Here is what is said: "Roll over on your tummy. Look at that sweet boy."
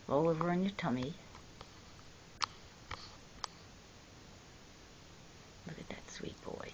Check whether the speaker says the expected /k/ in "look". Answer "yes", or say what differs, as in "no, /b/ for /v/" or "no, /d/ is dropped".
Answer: yes